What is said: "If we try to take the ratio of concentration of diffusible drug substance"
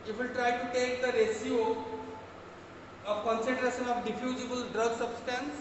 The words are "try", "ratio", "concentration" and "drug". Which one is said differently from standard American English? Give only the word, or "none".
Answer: ratio